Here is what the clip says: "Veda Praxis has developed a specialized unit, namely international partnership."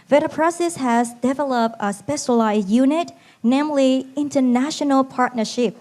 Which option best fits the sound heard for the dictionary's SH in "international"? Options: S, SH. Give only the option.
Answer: SH